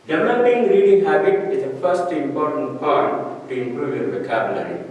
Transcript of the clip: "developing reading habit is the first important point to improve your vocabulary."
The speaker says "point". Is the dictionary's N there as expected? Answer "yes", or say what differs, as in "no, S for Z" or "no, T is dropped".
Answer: no, N is dropped